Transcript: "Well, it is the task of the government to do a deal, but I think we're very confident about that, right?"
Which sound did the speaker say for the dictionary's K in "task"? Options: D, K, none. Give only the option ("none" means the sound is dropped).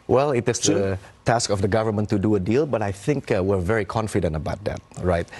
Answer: K